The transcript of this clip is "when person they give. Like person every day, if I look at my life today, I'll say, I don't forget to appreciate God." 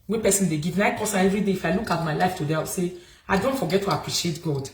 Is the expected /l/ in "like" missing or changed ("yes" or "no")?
yes